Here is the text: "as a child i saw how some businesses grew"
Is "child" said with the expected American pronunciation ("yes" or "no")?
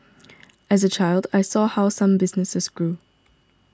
yes